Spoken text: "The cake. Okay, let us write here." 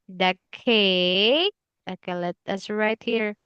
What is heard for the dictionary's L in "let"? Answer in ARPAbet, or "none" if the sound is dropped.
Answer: L